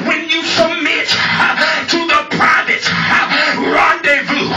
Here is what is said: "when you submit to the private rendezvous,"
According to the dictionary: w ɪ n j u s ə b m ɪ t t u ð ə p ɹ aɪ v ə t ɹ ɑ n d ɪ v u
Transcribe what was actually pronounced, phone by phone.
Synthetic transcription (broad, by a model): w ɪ n j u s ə m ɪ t t u ð ə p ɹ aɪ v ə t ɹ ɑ n d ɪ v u